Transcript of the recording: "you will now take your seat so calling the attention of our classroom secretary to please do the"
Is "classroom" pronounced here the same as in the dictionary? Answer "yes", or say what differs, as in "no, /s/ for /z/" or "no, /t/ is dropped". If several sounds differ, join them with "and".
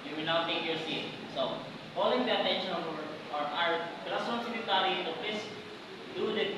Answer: no, /ɹ/ is dropped